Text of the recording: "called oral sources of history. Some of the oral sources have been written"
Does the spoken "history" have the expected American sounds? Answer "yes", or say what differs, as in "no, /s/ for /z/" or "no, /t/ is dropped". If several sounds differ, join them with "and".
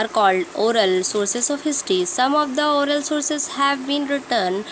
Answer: no, /ɹ/ is dropped